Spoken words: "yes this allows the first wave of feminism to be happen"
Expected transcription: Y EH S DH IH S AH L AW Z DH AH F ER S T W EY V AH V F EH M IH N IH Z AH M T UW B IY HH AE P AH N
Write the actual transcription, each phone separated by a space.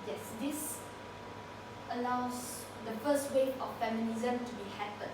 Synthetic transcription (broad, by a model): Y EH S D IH S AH L AW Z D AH F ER S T W EY AH F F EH M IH N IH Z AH M T UW B IY HH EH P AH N